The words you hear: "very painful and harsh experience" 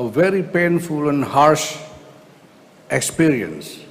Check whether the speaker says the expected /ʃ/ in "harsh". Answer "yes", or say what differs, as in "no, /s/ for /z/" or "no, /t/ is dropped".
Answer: yes